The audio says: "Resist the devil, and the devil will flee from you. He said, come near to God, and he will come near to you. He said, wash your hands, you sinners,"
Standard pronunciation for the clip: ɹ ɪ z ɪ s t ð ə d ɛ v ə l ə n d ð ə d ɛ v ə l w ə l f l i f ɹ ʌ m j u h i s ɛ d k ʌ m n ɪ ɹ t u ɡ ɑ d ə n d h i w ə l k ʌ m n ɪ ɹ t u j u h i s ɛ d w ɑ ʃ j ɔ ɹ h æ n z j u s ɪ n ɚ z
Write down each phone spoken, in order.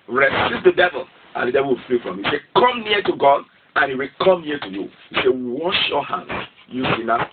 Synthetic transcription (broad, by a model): ɹ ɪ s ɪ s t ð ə d ɛ v ə l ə n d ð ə d ɛ v ə l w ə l f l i f ɹ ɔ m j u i s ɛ k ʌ m n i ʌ t u ɡ ɑ d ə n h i w ə l k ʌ m n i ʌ t u j u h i s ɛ w ɑ ʃ j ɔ h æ n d j u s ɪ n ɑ